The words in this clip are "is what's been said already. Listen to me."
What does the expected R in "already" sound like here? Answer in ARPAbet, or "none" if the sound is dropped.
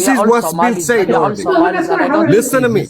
none